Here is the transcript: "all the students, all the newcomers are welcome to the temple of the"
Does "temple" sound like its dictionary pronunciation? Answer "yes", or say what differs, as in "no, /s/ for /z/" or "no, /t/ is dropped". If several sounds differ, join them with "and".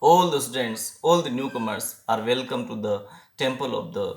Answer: yes